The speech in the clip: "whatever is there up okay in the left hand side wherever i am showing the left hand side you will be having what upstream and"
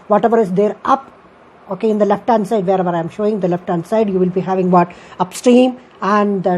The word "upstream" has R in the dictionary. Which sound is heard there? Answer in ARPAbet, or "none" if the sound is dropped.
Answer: R